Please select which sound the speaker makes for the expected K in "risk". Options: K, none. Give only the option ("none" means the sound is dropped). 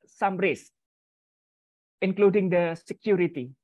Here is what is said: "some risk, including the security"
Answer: none